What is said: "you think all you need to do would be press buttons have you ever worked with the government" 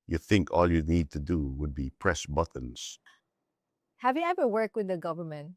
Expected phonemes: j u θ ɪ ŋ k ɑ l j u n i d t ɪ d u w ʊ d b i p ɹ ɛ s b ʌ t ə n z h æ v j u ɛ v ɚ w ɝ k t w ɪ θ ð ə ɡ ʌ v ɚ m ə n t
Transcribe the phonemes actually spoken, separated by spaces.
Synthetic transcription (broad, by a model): j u θ ɪ ŋ k ɑ l j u n i d t ɪ d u w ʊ d b i p ɹ ɛ s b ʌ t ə n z h æ v j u ɛ v ɚ w ɝ k t w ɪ ð ə ɡ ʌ v ɚ m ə n t